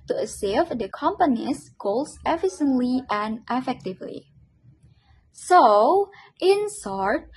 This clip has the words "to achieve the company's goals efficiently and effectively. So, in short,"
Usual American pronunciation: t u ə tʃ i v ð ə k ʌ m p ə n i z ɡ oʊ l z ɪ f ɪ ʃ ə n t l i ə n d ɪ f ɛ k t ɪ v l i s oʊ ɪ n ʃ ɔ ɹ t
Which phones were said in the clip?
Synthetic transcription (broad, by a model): t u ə s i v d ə k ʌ m p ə n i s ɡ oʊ l s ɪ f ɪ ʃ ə n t l i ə n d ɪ f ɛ k t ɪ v l i s oʊ ɪ n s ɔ ɹ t